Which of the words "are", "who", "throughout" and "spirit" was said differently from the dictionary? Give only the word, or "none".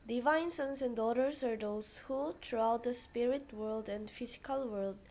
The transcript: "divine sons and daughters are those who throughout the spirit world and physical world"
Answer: throughout